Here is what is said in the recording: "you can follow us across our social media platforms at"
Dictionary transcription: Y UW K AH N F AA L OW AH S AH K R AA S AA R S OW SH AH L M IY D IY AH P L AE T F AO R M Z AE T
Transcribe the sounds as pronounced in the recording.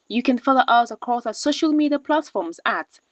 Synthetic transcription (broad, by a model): Y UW K AH N F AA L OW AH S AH K AA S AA S OW SH AH L M IY D IY AH P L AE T F AO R M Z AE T